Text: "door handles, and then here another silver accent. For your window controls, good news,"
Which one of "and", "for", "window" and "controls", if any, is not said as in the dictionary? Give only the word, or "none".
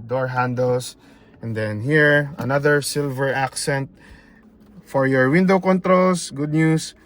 controls